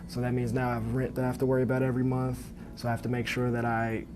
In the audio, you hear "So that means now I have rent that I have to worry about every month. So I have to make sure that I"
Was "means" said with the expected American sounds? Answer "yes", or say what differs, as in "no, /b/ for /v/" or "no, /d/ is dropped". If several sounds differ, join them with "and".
yes